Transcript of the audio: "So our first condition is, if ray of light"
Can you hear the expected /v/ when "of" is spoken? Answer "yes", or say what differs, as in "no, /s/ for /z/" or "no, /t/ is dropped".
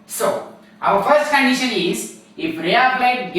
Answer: no, /b/ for /v/